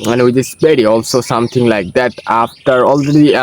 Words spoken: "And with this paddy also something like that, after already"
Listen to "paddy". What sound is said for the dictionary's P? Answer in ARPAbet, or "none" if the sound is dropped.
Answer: B